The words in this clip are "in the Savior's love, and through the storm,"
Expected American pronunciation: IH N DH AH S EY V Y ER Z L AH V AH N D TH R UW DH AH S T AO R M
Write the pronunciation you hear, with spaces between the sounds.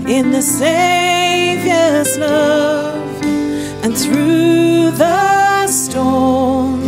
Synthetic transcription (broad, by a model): IH N DH AH S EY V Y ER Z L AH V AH N TH R UW DH AH S T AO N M